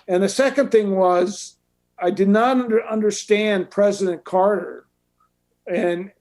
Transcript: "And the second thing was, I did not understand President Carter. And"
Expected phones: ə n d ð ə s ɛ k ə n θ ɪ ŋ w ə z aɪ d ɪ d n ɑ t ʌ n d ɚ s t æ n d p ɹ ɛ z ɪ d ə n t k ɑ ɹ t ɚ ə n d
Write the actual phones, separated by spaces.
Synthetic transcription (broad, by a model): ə n ð ə s ɛ k ə n θ ɪ ŋ w ə z aɪ d ɪ d n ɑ t ʌ n d ɚ s t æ n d p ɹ ɛ z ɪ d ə n k ɑ ɹ t ɚ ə n